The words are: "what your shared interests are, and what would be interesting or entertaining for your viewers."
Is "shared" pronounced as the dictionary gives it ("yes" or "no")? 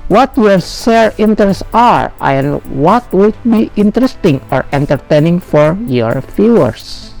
no